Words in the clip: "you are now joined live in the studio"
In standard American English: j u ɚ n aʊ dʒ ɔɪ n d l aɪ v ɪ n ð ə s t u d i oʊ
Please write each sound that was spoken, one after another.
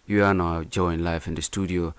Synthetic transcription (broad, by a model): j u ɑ n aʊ dʒ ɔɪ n l aɪ f ɪ n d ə s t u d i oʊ